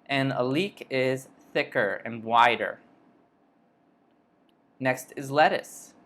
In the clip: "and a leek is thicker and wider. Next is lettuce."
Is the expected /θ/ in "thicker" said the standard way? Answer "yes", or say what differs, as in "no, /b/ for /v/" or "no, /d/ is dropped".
yes